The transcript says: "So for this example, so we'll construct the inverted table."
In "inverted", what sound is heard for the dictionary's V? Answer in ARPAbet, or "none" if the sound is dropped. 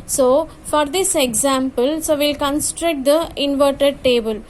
V